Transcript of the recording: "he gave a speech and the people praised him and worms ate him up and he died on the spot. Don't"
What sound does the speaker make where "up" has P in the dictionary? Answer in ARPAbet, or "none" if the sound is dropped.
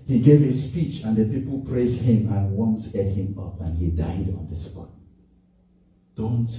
P